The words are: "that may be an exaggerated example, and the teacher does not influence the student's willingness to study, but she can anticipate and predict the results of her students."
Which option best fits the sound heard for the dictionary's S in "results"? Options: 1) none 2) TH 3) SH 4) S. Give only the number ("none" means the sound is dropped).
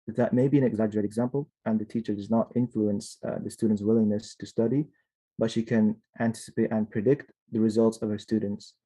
4